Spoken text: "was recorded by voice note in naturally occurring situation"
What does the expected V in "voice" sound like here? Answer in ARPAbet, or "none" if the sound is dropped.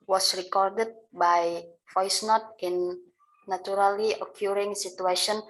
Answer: F